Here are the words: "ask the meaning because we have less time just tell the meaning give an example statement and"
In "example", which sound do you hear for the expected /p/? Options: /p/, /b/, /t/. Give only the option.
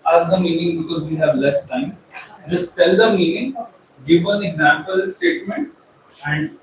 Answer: /p/